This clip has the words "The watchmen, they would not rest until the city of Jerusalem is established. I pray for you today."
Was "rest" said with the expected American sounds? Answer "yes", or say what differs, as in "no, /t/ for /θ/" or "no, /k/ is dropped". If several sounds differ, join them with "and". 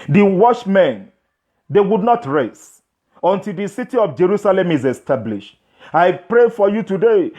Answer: no, /t/ is dropped